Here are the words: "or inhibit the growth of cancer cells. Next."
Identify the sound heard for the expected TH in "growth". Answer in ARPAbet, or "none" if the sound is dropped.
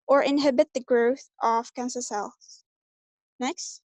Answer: TH